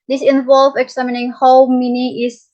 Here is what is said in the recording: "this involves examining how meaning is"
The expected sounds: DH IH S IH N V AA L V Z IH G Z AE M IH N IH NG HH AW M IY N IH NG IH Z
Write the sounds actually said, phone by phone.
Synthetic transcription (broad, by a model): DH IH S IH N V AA L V IH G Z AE M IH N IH NG HH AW M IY N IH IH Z